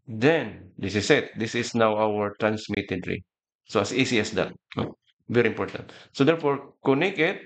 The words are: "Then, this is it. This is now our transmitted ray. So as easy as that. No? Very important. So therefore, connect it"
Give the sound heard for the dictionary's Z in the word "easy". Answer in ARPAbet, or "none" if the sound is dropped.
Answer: S